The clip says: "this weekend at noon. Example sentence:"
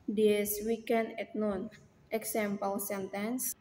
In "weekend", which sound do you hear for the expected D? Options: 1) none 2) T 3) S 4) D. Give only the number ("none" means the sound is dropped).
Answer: 1